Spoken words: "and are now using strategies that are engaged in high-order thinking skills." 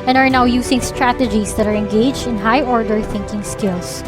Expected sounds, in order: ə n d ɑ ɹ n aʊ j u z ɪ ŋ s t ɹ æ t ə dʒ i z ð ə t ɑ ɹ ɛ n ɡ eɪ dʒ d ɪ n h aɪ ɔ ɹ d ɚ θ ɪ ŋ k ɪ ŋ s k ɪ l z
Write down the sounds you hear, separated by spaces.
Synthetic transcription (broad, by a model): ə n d ɑ ɹ n aʊ j u s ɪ ŋ s t ɹ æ t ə dʒ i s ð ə t ɑ ɹ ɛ n ɡ eɪ dʒ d ɪ n h aɪ ɔ ɹ d ɚ θ ɪ ŋ k ɪ ŋ s k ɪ l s